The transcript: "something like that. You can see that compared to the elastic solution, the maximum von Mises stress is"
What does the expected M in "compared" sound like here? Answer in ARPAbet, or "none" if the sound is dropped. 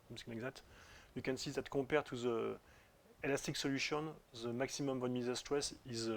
none